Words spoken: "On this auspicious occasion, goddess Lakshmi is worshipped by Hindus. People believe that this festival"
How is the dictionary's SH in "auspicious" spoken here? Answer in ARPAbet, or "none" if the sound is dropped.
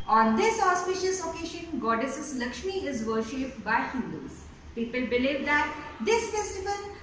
SH